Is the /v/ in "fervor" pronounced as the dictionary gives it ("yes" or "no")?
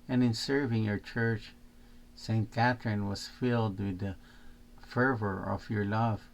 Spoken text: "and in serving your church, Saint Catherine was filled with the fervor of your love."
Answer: yes